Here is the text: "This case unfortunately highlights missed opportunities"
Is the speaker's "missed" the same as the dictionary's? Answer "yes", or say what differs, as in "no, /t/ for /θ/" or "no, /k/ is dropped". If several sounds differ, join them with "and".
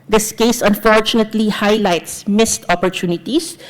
yes